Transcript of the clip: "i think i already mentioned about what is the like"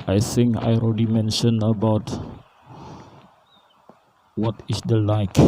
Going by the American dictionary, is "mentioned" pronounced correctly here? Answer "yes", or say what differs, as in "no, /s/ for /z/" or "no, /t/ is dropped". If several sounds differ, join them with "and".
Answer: no, /d/ is dropped